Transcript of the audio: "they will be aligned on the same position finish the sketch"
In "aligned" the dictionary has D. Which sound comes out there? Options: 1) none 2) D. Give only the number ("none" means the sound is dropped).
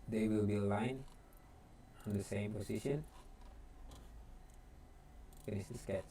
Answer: 1